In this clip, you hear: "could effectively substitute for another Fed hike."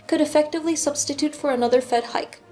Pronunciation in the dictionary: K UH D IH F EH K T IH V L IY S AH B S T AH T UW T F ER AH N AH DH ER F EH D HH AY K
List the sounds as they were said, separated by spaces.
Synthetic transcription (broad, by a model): K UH D IH F EH K T IH V L IY S AH B S T AH T UW T F ER AH N AH DH ER F EH D HH AY K